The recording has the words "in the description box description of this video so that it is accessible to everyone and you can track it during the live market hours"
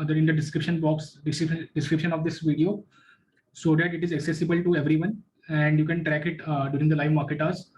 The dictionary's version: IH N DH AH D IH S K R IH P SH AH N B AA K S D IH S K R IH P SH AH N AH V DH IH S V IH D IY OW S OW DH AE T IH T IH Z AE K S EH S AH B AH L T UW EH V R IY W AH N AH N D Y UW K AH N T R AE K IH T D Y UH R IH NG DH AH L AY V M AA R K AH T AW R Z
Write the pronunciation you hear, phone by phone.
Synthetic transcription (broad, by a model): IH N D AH D IH S K R IH P SH AH N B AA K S D IH S K R IH P SH AH N AH V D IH S V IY D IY OW S OW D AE T IH T IH Z AE K S EH S AH B AH L T UW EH V R IY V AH N AH N D Y UW K AH N T R AE K IH T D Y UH R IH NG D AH L AY V M AA R K AH T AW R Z